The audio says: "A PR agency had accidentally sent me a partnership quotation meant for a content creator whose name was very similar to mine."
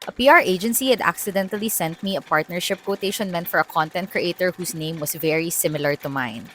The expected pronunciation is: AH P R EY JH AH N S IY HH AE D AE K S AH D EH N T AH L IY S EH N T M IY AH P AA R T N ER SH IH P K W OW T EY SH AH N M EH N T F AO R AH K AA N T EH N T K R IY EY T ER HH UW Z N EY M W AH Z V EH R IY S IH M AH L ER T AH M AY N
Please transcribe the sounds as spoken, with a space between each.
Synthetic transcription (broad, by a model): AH P R EY JH AH N S IY HH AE D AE K S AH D EH N T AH L IY S EH N T M IY AH P AA R T N ER SH IH P K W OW T EY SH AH N M EH N T F AO R AH K AA N T EH N T K R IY EY T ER HH UW S N EY M W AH S V EH R IY S IH M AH L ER T AH M AY N